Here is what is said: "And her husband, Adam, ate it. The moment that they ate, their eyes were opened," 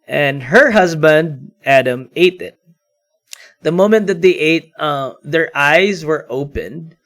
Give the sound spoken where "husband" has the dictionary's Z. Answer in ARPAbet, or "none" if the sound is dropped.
Z